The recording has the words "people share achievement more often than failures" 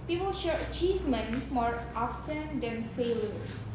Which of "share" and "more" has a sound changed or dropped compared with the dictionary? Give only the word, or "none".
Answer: none